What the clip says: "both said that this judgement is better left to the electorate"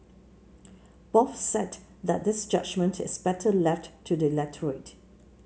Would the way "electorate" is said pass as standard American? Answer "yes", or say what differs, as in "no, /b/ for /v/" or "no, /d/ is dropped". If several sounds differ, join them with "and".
no, /k/ is dropped